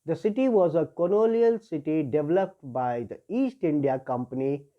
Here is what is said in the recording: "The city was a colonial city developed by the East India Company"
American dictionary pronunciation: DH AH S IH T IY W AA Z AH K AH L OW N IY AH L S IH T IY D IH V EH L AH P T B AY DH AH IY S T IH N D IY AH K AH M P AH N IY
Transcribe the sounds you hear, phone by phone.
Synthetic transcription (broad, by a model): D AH S IH T IY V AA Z AH K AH N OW L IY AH L S IH T IY D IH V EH L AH P T B AY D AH IY S T IH N D IY AH K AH M P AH N IY